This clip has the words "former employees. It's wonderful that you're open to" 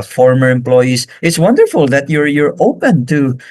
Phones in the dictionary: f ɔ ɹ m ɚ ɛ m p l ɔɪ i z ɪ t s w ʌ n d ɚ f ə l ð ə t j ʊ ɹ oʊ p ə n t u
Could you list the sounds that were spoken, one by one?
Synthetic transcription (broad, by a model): f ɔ ɹ m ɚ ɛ m p l ɔɪ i s ɪ t s w ʌ n d ɚ f ə l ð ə t j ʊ ɹ oʊ p ə n t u